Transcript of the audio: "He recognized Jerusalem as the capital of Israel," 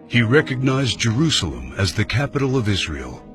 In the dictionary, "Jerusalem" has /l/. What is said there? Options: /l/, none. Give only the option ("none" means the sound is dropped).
/l/